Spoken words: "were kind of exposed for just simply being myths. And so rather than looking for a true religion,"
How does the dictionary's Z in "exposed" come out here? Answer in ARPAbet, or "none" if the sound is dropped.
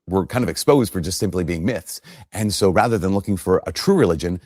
Z